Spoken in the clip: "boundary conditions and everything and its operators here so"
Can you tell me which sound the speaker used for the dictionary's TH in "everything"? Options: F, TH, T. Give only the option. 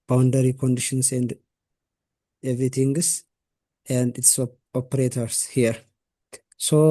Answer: T